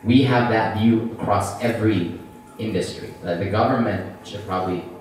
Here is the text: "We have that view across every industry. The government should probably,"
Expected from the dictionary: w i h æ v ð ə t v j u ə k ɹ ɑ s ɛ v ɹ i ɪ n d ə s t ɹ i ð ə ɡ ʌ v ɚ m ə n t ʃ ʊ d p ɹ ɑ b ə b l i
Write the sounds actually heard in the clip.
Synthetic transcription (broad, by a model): w i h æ v ð ə t v j u ə k ɹ ɑ s ɛ v ɹ i ɪ n d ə s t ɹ i ð ə ɡ ʌ v ɚ m ə n t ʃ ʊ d p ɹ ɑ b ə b l i